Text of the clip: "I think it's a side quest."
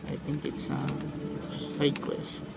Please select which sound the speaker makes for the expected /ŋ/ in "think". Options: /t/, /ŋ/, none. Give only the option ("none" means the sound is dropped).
/ŋ/